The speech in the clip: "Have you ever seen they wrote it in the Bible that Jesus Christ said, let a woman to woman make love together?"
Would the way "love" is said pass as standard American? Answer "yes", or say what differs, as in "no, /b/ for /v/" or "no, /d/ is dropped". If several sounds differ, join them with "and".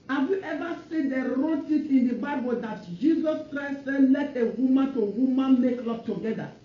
no, /p/ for /v/